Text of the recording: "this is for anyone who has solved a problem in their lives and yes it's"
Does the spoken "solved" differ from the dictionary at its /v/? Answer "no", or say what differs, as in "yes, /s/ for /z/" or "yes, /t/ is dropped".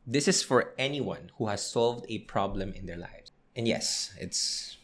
no